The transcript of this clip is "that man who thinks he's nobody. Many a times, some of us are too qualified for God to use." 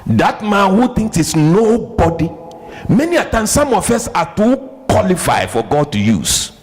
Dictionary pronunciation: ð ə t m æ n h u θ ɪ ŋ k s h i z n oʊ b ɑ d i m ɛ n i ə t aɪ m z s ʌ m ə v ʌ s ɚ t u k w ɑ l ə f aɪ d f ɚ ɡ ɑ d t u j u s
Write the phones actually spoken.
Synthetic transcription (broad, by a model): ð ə t m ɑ n h u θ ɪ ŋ k s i s n oʊ b ɑ d i m ɛ n i ə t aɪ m s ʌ m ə f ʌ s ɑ t u k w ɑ l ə f aɪ f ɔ ɡ ɑ d t u j u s